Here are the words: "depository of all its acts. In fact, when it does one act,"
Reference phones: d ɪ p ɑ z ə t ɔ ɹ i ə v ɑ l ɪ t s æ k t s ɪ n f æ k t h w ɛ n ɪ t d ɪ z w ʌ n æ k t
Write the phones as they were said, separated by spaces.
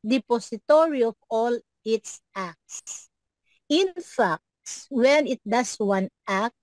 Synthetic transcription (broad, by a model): d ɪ p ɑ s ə t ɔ ɹ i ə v ɑ l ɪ t s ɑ k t s ɪ n f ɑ k t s w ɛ n ɪ t d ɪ s w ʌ n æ k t